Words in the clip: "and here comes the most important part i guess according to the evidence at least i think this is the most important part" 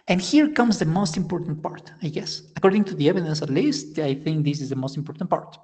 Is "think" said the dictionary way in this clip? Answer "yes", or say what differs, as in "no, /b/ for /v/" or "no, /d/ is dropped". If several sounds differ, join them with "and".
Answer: yes